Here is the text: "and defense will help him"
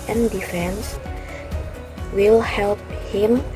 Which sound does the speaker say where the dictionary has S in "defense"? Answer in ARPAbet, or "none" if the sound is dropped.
S